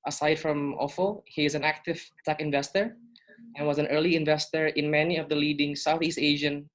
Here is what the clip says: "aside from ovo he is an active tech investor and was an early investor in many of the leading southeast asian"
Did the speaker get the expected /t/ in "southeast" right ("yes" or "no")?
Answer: yes